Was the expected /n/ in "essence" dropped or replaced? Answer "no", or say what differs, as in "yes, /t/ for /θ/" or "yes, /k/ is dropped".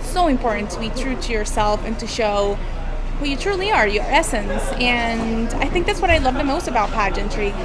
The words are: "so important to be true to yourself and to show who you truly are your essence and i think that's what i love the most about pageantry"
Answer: no